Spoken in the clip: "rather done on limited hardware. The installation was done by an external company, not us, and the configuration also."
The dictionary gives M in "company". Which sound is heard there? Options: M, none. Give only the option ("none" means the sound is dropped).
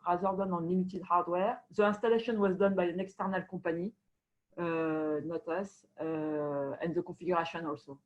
none